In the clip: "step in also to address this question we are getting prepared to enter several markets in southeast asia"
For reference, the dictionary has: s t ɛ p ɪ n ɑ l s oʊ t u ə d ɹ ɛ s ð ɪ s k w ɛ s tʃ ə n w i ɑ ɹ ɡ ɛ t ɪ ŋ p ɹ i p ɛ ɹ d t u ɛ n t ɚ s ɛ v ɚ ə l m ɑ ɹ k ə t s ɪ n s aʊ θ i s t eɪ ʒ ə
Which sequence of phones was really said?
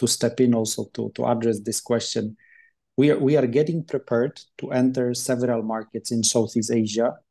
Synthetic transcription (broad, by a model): s t ɛ p ɪ n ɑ l s oʊ t u ə d ɹ ɛ s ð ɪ s k w ɛ s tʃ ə n w i ɑ ɹ ɡ ɛ t ɪ ŋ p ɹ i p ɛ ɹ d t u ɛ n t ɚ s ɛ v ɚ ə l m ɑ ɹ k ə t s ɪ n s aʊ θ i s eɪ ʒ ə